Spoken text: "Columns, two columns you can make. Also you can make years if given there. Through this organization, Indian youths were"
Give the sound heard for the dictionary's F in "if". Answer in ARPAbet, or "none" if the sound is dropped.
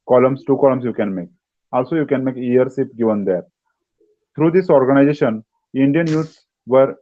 P